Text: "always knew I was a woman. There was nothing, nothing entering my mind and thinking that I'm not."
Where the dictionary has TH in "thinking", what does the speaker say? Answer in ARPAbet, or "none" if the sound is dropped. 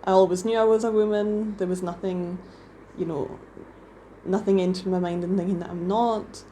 TH